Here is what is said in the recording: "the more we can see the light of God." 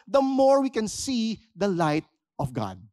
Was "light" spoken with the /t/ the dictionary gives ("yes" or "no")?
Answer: yes